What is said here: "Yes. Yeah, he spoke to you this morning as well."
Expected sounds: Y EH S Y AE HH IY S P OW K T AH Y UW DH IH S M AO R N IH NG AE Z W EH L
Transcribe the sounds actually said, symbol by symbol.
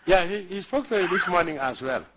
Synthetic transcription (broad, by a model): Y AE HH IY HH IY S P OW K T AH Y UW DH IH S M AO N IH NG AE S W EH L